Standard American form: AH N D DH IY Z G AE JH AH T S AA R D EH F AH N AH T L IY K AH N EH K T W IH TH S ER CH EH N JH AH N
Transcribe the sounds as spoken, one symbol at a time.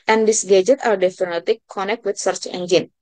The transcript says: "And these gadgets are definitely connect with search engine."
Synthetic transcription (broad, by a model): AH N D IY S G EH JH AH T AA R D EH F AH N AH T IY K AH N EH K T W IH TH S ER CH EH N JH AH N